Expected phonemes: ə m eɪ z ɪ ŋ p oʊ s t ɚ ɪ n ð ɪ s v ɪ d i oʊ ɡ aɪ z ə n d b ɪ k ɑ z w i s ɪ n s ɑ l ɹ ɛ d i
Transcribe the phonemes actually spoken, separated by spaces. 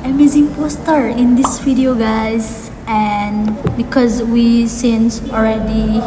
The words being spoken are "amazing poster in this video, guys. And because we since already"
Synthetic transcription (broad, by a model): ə m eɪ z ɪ ŋ p oʊ s t ɚ ɪ n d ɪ s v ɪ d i oʊ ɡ aɪ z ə n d b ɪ k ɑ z w i s ɪ n s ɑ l ɹ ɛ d i